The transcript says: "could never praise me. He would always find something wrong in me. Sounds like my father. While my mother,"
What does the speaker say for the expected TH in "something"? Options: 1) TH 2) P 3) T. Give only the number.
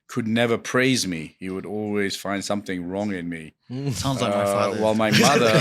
1